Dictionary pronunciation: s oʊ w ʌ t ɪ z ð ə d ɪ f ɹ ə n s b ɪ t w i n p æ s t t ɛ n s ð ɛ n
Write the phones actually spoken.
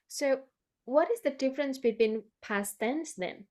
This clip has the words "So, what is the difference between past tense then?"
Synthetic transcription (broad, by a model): s oʊ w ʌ t ɪ z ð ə d ɪ f ɹ ə n s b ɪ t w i n p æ s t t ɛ n s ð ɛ n